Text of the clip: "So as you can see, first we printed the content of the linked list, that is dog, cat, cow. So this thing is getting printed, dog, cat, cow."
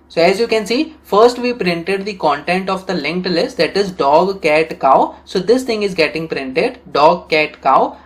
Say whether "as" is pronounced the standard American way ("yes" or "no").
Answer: yes